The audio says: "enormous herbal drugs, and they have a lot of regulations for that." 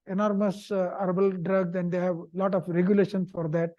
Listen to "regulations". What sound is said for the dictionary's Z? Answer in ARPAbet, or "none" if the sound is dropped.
S